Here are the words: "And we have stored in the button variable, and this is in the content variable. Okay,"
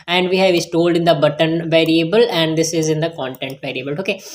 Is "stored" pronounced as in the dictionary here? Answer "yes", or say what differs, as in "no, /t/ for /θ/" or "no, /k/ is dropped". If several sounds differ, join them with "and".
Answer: no, /l/ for /ɹ/